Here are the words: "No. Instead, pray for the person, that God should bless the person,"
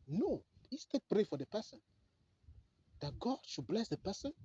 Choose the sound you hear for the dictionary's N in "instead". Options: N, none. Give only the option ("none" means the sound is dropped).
none